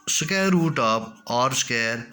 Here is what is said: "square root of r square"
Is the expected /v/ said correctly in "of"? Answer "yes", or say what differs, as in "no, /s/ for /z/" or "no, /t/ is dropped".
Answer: no, /p/ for /v/